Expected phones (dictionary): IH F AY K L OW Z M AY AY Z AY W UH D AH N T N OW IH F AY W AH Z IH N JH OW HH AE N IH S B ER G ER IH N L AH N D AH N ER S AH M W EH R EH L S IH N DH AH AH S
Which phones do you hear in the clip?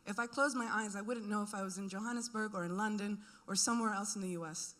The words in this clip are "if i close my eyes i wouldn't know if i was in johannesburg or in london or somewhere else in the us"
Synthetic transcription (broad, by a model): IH F AY K L OW Z M AY AY Z AY W UH D N N OW IH F AY W AH Z IH N JH OW HH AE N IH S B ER G ER IH N L AH N D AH N ER S AH M W EH R EH L S N DH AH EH S